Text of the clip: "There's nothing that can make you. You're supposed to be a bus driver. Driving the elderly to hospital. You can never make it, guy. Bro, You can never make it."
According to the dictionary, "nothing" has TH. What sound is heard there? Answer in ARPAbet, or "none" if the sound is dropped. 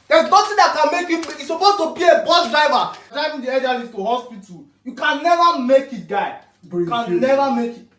T